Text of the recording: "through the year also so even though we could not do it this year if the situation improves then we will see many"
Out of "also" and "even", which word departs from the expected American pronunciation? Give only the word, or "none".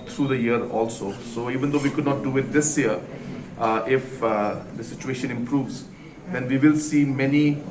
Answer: none